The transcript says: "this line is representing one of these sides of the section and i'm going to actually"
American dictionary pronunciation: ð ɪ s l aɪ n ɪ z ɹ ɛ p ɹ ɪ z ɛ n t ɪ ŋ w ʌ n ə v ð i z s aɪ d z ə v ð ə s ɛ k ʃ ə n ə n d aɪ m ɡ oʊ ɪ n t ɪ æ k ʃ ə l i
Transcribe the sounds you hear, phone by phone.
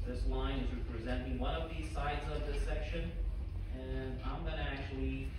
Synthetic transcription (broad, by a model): ð ɪ s l aɪ n ɪ z ɹ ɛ p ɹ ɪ z ɛ n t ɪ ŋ w ʌ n ə v ð i z s aɪ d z ə v ð ə s ɛ k ʃ ə n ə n aɪ m ɡ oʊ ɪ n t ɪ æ k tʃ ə l i